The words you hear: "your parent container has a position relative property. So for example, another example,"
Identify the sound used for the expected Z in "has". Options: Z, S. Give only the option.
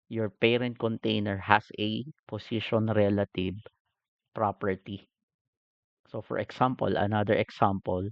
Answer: S